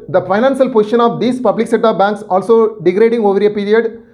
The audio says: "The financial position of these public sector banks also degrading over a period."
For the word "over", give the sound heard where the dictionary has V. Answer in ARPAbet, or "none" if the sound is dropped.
V